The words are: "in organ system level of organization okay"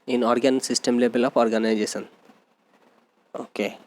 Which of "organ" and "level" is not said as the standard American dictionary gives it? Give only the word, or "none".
level